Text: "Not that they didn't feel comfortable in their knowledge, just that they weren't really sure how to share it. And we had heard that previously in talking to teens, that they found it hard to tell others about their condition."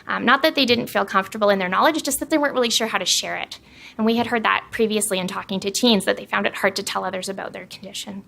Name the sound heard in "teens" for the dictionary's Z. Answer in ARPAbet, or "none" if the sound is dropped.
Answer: Z